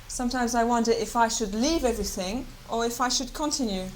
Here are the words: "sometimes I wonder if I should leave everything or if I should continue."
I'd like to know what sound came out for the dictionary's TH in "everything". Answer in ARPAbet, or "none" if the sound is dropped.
TH